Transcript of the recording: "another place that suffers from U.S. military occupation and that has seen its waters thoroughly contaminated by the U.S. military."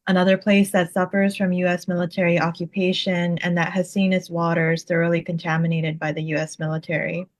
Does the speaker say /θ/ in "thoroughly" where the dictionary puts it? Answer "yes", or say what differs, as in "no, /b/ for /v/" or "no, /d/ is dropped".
yes